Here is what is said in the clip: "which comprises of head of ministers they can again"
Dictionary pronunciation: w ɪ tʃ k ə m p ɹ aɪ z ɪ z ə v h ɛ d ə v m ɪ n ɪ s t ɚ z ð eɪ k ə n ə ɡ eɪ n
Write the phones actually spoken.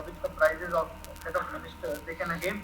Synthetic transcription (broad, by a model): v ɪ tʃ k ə p ɹ aɪ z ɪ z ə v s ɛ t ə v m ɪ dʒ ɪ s t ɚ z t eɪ k ə n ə ɡ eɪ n